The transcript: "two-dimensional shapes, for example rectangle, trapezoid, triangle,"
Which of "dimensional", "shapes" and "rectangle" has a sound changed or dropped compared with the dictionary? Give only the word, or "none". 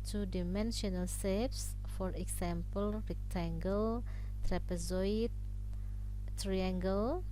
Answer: shapes